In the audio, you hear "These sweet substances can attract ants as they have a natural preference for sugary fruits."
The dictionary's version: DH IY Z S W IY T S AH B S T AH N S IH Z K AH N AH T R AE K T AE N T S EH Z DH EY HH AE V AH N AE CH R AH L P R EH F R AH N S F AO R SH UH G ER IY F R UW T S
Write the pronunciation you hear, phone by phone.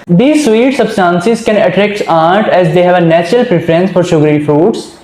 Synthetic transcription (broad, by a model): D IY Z S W IY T S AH B S T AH N S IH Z K AH N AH T R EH K T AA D T EH Z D EY HH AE V AH N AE CH R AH L P R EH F R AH N S F AO R SH UH G ER IY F R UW T S